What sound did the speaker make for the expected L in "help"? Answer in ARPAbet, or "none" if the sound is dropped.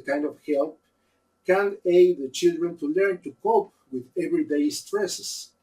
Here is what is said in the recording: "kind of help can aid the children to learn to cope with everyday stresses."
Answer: L